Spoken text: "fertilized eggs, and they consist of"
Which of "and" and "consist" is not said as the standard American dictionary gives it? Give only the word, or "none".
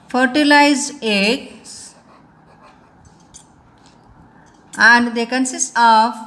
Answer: consist